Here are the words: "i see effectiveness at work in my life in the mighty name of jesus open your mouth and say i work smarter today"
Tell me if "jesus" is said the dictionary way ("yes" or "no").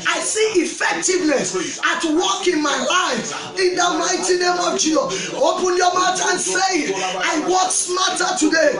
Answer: no